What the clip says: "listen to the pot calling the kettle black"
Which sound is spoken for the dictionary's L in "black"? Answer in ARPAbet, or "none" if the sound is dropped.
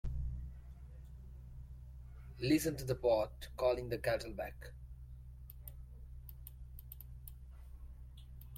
none